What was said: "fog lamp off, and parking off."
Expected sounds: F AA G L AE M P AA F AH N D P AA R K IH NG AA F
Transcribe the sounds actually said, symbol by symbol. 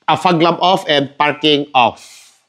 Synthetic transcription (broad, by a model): F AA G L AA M AA F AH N P AA R K IH NG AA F